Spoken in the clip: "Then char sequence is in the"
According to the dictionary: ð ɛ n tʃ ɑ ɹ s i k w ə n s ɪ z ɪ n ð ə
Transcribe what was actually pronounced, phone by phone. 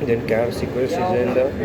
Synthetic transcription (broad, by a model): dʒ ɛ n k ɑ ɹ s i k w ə l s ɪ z ɪ n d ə